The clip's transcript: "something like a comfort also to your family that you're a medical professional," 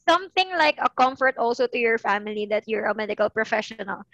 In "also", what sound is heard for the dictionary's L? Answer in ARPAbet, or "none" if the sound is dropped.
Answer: L